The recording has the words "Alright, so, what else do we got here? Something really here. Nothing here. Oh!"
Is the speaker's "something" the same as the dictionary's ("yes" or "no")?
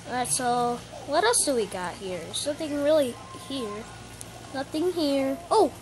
no